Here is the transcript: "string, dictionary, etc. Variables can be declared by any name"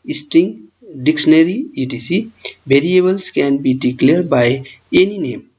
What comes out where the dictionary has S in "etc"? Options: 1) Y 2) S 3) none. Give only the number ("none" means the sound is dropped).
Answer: 3